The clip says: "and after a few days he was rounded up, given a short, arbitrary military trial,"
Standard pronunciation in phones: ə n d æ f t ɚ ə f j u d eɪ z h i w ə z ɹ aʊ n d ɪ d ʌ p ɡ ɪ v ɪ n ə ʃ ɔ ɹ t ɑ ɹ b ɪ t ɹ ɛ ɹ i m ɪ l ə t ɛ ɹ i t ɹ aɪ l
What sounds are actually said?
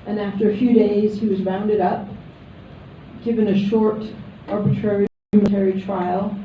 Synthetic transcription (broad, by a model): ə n æ f t ɚ ə f j u d eɪ z h i w ə z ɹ aʊ n d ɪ d ʌ p ɡ ɪ v ɪ n ə ʃ ɔ ɹ t ɑ ɹ b ɪ t ɹ ɛ ɹ i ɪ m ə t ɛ ɹ i t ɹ aɪ l